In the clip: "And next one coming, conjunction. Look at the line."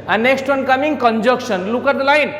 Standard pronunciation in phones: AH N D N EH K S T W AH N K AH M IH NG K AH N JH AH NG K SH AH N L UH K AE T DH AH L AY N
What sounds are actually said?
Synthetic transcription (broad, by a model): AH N N EH K S T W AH N K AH M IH NG K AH N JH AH K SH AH N L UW K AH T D L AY N